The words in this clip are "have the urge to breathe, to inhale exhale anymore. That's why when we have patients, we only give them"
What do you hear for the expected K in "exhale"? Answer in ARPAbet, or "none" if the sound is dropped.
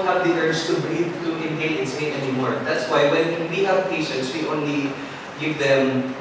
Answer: none